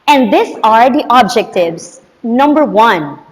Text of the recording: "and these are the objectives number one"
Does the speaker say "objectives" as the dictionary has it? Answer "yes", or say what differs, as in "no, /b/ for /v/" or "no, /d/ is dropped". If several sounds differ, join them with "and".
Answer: yes